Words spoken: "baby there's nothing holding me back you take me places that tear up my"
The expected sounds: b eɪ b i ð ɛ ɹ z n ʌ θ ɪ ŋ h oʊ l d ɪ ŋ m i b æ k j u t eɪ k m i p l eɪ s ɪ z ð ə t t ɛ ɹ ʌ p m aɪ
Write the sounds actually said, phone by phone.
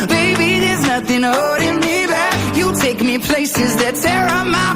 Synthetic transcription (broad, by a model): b eɪ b i ð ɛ ɹ z n ʌ θ ɪ ŋ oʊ d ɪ m i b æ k j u t eɪ k m i p l eɪ s ɪ z ð ə t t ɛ ɹ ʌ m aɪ